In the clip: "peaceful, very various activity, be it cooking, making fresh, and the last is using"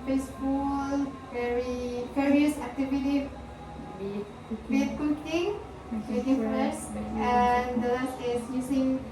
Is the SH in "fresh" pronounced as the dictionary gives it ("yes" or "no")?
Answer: no